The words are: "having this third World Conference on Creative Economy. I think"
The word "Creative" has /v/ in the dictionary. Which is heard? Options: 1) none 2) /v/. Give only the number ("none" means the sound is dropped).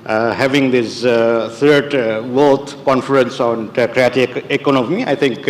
1